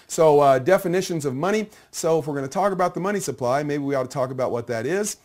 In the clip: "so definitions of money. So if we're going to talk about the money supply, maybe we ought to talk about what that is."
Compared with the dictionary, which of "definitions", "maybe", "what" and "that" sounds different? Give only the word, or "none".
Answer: none